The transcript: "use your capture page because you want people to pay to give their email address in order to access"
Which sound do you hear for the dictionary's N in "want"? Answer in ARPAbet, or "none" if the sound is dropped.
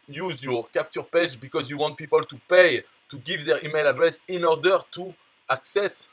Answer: N